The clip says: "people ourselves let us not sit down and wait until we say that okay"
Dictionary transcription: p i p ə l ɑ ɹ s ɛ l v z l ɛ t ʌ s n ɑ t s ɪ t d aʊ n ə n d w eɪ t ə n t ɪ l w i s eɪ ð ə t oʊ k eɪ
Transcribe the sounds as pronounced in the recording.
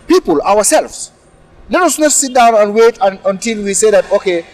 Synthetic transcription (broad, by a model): p i p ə l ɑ w s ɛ l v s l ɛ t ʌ s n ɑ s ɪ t d aʊ n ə n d w eɪ t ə n t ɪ l w i s eɪ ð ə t oʊ k eɪ